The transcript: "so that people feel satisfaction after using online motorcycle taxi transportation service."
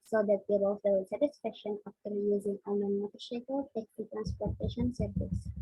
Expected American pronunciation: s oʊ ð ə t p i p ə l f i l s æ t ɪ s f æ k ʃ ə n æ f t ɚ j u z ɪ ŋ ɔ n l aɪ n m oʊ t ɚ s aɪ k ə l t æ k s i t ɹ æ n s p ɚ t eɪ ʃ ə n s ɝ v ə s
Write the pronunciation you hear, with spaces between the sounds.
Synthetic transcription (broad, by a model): s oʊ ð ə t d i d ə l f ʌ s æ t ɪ s f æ k ʃ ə n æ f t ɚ j u z ɪ ŋ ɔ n aɪ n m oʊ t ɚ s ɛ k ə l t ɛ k i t ɹ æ n s p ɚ t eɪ ʃ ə n s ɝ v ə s